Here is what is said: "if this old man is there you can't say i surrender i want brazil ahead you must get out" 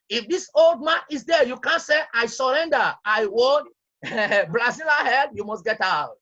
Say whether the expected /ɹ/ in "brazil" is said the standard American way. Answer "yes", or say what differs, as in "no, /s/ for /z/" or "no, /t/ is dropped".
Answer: no, /l/ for /ɹ/